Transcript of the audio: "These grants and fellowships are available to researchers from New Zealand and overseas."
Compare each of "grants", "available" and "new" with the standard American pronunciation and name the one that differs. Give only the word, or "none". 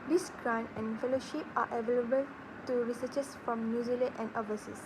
grants